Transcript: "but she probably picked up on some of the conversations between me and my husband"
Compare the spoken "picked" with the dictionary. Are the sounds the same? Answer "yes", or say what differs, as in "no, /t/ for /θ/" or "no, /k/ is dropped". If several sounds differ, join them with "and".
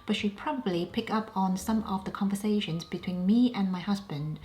no, /t/ is dropped